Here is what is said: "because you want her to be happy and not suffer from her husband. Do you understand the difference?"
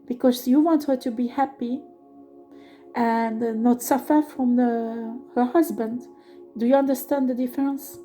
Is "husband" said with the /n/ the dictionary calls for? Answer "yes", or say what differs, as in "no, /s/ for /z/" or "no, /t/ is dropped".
yes